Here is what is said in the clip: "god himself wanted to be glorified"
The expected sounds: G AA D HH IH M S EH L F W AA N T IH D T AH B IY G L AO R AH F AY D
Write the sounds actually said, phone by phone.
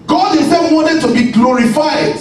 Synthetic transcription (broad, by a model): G AA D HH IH S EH W AA N T IH D T AH B IY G L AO R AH F AY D